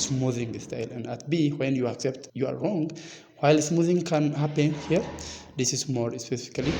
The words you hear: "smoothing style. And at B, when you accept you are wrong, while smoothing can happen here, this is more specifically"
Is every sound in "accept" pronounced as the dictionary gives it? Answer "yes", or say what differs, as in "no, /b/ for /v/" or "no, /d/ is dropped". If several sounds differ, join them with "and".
yes